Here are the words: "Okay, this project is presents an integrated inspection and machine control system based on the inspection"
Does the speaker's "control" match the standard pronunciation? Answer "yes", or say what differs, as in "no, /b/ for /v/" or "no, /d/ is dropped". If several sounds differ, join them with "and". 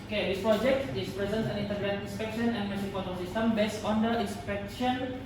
no, /n/ is dropped and /ɹ/ is dropped